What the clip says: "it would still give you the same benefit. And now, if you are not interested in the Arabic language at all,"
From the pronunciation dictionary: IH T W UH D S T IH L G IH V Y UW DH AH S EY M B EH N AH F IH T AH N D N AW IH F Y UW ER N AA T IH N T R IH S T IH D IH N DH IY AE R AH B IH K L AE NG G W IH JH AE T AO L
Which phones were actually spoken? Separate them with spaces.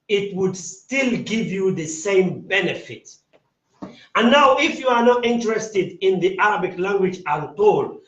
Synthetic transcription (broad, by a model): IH T W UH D S T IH L G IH V Y UW DH AH S EY M B EH N AH F IH T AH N N AW IH F Y UW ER N AA T IH N T R IH S T IH D IH N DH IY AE R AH B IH K L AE NG G W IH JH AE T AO L